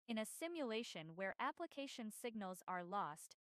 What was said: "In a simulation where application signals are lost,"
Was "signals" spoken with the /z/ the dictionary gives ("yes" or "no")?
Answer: yes